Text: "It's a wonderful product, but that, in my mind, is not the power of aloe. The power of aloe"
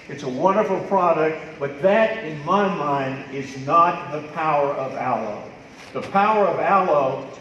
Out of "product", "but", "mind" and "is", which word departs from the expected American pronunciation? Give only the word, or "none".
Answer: none